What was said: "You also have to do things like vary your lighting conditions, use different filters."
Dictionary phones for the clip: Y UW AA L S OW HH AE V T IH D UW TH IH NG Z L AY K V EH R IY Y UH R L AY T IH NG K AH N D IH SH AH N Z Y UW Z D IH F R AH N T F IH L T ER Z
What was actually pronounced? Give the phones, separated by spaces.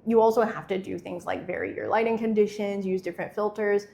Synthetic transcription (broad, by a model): Y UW AA L S OW HH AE F T IH D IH TH IH NG Z L AY K V EH R IY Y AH R L AY T IH NG K AH N D IH SH AH N Z Y UW Z D IH F R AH N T F IH L T ER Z